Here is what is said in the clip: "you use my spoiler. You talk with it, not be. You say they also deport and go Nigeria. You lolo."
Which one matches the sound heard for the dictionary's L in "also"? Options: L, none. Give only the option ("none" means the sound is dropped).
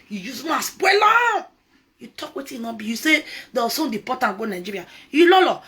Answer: none